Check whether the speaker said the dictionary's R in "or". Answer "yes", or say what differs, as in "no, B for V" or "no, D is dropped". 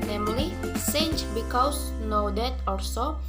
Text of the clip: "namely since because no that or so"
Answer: no, L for R